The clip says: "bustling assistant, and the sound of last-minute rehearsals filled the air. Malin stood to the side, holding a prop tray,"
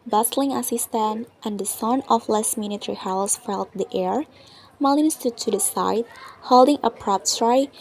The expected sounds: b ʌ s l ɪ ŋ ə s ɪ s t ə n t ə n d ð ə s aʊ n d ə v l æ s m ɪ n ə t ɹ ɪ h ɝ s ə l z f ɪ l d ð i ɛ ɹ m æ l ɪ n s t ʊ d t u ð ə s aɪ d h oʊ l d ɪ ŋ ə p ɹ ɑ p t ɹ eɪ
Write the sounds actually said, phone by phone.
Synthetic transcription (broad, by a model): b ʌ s l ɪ ŋ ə s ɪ s t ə n t ə n d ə s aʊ n ə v l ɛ s m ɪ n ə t ɹ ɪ h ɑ ə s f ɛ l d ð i ɛ ɹ m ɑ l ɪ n s t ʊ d t u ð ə s aɪ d h oʊ l d ɪ ŋ ə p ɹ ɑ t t ɹ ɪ